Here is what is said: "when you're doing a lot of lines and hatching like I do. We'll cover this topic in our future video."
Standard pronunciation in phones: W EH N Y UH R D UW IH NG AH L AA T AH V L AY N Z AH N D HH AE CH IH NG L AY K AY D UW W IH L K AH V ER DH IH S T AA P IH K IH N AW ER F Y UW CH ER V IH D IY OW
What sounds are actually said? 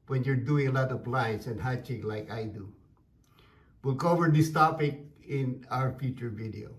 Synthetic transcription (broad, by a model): W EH N Y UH R D UW IH NG AH L AA T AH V L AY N S AH N D HH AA CH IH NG L AY K AY D UW W IH L K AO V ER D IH S T AA P IH K IH N AW ER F Y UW CH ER V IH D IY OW